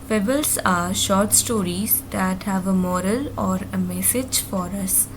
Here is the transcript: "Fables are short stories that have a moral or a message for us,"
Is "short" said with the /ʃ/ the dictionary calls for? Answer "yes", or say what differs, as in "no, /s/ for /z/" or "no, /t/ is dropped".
yes